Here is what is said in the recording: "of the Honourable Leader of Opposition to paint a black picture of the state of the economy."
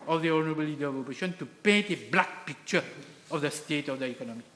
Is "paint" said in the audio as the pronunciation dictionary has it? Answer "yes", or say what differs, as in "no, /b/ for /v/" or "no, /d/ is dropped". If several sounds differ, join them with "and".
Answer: no, /n/ is dropped